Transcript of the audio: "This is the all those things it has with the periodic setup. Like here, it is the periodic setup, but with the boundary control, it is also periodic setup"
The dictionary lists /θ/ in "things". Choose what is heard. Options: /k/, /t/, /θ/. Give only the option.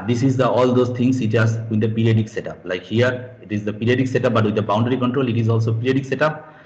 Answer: /t/